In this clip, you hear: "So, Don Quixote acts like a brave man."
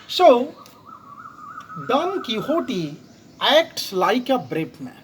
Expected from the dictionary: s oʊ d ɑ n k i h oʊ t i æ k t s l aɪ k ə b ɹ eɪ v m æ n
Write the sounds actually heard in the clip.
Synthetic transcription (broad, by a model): s oʊ d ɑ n k i h oʊ t i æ k t s l aɪ k ə b ɹ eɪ p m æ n